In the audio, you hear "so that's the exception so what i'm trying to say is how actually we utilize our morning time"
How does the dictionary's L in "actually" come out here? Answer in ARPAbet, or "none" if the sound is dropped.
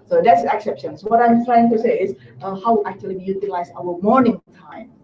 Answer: none